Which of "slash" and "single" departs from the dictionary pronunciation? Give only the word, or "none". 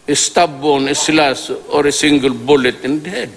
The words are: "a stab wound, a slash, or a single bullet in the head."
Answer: slash